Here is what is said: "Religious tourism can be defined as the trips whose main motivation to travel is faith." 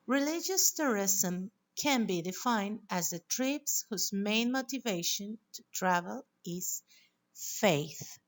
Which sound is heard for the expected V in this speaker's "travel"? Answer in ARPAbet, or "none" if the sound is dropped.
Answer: V